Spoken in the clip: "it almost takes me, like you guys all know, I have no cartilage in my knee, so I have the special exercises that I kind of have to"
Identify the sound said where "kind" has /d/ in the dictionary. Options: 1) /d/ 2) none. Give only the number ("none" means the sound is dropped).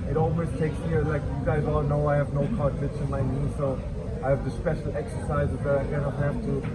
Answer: 2